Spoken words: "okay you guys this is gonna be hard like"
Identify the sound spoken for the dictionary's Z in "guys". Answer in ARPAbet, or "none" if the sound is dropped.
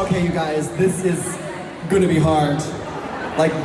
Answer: Z